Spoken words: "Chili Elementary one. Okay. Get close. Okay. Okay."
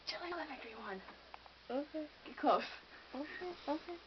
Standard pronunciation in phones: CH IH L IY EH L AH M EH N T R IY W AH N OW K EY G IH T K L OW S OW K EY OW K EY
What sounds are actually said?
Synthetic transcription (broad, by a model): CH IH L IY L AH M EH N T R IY W AH N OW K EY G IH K OW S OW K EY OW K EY